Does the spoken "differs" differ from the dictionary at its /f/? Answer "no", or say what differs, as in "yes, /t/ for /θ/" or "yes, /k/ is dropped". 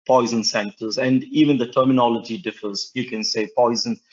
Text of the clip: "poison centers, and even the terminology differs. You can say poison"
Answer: no